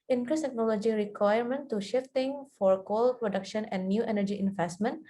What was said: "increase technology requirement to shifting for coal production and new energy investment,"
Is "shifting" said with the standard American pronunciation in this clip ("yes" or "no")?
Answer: yes